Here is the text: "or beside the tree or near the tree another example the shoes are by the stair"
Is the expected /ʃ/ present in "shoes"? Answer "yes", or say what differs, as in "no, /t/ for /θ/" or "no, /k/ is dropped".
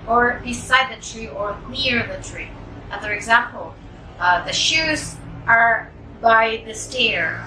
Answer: yes